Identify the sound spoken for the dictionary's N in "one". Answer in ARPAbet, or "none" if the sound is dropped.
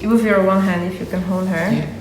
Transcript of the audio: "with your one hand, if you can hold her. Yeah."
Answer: L